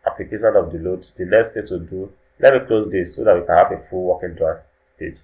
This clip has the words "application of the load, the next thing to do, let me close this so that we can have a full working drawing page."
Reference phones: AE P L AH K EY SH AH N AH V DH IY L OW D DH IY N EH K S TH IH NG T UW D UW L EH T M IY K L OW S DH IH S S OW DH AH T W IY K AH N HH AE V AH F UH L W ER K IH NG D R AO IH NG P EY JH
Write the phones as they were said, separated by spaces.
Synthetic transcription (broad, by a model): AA P L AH K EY SH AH N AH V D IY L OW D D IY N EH S T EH T UW D UW L EH T M IY K L OW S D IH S S OW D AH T W IY K AH N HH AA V AH F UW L W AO K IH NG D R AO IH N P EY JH